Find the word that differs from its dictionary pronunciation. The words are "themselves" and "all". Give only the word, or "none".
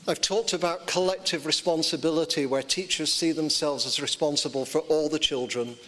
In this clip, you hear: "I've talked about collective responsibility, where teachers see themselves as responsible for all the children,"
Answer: none